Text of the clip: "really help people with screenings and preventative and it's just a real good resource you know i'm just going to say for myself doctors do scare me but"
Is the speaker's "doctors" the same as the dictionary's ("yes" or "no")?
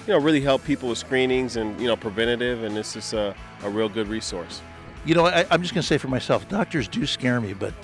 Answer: yes